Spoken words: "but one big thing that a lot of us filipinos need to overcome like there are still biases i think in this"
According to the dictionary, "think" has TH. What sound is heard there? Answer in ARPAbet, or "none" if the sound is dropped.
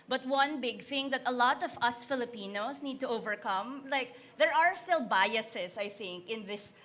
TH